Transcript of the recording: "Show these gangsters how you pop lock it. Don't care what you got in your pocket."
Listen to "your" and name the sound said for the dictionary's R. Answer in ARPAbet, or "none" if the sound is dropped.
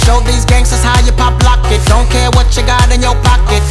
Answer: W